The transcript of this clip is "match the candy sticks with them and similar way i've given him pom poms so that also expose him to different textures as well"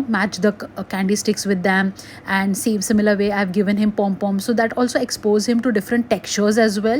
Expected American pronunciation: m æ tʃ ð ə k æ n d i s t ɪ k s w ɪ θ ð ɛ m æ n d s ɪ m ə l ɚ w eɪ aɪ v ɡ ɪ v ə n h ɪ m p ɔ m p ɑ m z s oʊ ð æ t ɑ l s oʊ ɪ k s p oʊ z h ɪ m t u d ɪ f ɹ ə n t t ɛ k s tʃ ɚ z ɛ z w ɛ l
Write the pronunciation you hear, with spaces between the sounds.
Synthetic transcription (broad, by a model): m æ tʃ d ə k æ n d i s t ɪ k s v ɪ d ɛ m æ n d s ɪ m ə l ɚ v eɪ aɪ v ɡ ɪ v ə n h ɪ m p ɔ m p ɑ m s oʊ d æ t ɑ l s oʊ ɪ k s p oʊ z h ɪ m t u d ɪ f ɹ ə n t t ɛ k tʃ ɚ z ɛ z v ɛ l